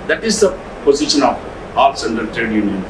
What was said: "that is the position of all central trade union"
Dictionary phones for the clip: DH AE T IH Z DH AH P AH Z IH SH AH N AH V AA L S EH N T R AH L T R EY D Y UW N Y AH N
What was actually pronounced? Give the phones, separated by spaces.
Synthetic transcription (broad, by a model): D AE T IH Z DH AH P AH Z IH SH AH N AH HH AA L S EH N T AH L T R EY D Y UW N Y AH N